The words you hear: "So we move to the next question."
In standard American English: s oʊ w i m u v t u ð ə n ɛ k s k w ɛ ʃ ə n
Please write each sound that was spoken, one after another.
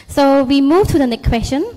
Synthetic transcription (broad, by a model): s oʊ w i m u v t u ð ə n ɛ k k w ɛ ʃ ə n